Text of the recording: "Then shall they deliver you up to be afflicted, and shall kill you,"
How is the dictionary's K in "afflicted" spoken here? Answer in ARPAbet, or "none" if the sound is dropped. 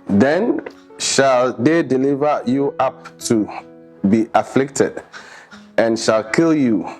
K